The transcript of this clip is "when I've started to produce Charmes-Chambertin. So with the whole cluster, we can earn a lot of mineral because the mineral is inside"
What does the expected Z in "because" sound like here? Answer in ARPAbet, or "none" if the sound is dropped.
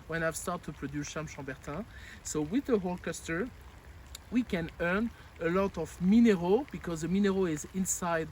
Z